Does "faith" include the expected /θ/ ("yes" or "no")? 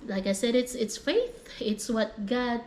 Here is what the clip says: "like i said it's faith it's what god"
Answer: yes